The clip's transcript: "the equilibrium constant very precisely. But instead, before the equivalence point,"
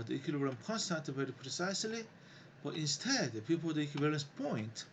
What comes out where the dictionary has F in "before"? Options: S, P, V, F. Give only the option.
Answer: P